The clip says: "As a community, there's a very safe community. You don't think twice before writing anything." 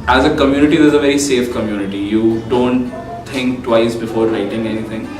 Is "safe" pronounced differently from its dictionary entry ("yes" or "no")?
no